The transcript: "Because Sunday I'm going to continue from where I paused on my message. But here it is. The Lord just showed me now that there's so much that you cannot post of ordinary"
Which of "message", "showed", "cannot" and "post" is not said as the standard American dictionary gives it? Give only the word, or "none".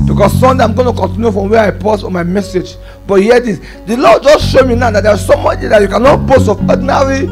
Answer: post